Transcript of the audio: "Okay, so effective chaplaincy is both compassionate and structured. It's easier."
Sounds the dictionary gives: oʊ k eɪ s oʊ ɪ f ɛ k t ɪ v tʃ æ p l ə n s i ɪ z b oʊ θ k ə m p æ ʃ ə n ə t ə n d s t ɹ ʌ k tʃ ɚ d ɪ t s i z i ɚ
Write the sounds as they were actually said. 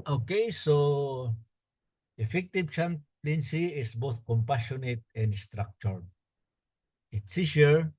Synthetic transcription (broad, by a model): oʊ k eɪ s oʊ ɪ f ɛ k t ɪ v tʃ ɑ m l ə n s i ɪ s b oʊ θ k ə m p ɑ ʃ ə n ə t ə n d s t ɹ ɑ k tʃ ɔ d ɪ t s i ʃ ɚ